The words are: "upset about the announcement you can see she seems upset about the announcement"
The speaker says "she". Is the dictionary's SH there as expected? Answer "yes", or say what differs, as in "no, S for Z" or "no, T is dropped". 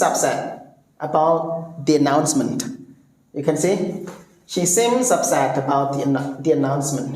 yes